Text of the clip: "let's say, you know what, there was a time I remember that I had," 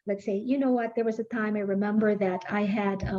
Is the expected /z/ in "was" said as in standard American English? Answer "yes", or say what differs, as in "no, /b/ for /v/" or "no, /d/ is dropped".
yes